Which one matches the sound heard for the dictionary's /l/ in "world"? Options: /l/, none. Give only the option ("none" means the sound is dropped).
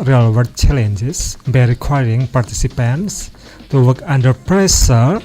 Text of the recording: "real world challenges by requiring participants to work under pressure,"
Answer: none